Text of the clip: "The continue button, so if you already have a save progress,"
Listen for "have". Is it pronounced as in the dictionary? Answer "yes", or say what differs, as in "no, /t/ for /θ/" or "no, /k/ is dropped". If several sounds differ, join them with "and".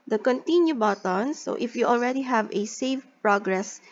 yes